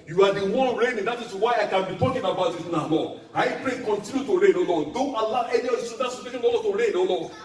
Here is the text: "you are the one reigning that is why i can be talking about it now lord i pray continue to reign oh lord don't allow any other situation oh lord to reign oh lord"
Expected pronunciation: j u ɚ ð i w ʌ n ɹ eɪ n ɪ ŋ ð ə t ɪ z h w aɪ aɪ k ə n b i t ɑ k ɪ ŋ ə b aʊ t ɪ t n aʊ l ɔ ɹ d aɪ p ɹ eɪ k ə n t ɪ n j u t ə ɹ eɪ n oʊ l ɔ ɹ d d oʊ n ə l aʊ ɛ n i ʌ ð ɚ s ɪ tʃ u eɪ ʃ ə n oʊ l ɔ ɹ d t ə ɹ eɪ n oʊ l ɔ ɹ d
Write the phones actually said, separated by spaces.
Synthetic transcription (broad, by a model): j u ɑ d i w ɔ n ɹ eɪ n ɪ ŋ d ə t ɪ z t w aɪ aɪ k ə n b i t ɑ k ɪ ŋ ə b aʊ t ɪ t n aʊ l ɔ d aɪ p ɹ eɪ k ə n t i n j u t ə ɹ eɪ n oʊ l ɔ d d oʊ n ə l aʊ ɛ n i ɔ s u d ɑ s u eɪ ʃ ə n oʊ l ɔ t ə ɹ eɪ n oʊ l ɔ